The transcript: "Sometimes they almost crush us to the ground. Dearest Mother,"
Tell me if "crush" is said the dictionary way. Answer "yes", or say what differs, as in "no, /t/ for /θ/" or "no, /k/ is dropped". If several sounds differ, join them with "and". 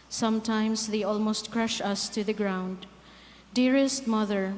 yes